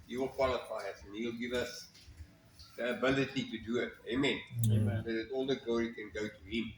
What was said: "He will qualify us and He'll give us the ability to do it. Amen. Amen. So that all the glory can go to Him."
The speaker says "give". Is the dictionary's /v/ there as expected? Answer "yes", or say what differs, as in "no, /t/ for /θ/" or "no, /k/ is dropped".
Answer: yes